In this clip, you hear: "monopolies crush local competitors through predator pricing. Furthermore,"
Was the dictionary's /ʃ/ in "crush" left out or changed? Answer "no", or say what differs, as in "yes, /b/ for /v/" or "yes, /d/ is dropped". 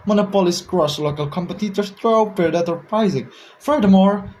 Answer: yes, /s/ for /ʃ/